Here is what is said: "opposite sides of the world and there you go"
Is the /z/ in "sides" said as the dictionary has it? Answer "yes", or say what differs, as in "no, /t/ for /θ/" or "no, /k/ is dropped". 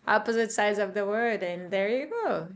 yes